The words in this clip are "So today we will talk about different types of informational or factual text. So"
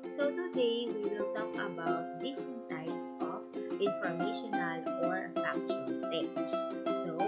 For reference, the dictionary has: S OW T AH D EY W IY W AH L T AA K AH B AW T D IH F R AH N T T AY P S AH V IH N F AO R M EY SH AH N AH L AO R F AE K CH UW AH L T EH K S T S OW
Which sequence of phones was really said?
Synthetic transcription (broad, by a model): S OW T AH D EY W IY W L T AA K AH B AW T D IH F R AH N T T AY P S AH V IH N F AO R M EY SH AH N AH L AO R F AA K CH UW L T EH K T S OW